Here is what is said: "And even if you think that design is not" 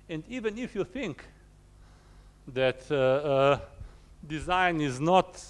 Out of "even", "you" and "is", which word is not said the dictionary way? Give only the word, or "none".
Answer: none